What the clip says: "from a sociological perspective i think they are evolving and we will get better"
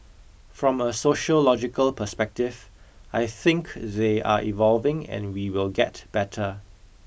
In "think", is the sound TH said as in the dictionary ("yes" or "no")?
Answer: yes